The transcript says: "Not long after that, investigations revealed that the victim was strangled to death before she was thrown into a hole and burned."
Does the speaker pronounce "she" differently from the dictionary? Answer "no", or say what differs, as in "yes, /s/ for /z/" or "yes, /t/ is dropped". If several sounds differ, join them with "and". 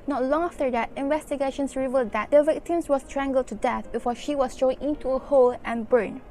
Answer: no